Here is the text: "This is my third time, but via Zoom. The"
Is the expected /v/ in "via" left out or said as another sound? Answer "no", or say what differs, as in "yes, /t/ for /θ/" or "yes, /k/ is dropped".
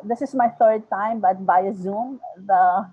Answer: yes, /b/ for /v/